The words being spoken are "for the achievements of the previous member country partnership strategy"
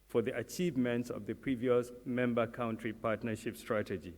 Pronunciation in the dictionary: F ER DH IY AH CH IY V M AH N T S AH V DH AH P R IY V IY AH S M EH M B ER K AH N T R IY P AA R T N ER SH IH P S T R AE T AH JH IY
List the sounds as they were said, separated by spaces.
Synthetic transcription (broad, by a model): F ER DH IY AH CH IY V M AH N T S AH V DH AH P R IY V IY AH S M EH M B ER K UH N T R IY P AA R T N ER SH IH P S T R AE T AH JH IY